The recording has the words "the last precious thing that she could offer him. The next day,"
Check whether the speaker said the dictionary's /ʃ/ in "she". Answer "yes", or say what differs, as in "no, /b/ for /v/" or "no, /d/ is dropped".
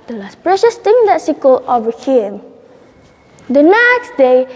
no, /s/ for /ʃ/